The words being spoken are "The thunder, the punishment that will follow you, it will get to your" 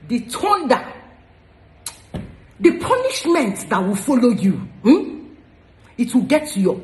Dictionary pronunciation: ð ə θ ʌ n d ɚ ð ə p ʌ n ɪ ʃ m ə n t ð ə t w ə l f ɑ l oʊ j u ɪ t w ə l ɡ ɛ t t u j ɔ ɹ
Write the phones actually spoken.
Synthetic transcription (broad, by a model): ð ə t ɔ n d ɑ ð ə p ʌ n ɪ ʃ m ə n t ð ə t w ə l f ɑ l oʊ j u ɪ t w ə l ɡ ɛ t t u j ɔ